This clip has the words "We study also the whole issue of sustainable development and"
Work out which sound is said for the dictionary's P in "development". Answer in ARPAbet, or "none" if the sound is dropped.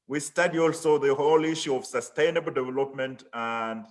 P